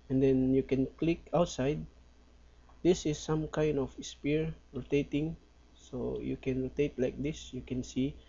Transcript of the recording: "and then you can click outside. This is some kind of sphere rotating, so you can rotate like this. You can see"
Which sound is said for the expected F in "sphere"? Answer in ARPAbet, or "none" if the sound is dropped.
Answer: P